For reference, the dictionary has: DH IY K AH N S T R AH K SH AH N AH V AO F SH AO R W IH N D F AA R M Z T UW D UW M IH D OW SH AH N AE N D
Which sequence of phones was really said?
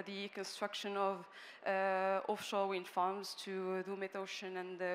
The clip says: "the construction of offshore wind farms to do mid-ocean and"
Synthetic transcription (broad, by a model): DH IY K AH N S T R AH K SH AH N AH V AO F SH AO L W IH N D F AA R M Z T UW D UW M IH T OW SH AH N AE N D